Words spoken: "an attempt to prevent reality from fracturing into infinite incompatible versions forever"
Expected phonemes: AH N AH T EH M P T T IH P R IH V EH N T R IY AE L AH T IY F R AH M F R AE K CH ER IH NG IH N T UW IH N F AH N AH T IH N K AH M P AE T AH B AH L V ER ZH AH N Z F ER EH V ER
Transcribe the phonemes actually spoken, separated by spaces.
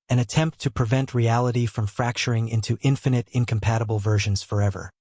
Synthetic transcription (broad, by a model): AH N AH T EH M P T T IH P R IH V EH N T R IY AE L AH T IY F R AH M F R AE K CH ER IH NG IH N T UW IH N F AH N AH T IH N K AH M P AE T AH B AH L V ER ZH AH N Z F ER EH V ER